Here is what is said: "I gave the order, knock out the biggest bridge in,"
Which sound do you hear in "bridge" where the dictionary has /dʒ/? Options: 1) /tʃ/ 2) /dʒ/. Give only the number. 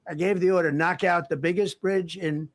2